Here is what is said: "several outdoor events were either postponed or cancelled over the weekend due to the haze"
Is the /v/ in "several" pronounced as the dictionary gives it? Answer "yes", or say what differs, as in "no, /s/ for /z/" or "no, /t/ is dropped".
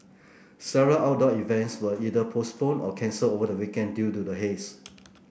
no, /v/ is dropped